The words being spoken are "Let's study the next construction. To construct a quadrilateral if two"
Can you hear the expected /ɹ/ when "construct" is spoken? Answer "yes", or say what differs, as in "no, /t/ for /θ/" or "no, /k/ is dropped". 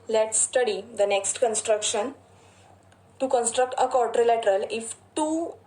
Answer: yes